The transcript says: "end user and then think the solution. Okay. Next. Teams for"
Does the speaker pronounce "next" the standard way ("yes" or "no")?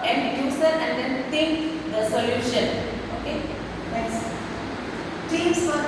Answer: no